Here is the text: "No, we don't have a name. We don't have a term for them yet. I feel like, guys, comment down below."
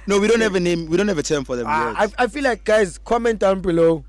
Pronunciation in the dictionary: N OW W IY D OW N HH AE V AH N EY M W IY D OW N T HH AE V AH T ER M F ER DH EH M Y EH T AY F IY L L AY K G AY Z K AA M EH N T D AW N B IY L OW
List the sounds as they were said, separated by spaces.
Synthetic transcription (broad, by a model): N OW W IY D OW N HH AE V AH N EY M W IY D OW N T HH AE V AH T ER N F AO DH EH M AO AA AY F IY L L AY K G AY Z K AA M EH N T D AW N B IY L OW